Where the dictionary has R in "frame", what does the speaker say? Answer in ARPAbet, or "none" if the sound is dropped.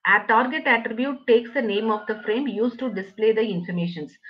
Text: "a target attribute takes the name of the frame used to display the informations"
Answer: R